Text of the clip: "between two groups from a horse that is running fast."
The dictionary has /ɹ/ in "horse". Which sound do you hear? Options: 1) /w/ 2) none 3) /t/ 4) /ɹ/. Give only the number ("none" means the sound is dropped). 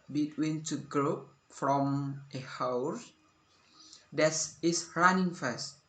1